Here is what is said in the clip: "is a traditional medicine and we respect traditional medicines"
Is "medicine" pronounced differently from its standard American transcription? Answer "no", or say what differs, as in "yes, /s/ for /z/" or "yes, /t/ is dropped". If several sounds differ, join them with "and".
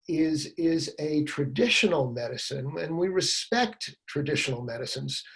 no